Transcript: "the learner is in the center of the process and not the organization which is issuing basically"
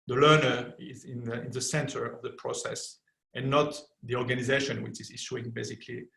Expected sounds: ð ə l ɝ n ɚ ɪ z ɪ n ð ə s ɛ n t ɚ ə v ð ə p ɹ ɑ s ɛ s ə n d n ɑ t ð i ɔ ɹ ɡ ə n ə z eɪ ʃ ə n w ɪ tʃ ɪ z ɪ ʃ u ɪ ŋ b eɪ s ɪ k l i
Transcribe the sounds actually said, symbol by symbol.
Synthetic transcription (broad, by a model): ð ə l ɝ n ɚ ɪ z ɪ n ð ə s ɛ n t ɚ ə v ð ə p ɹ ɑ s ɛ s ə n n ɑ t ð i ɔ ɹ ɡ ə n ə z eɪ ʃ ə n w ɪ tʃ ɪ z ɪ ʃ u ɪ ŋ b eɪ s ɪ k l i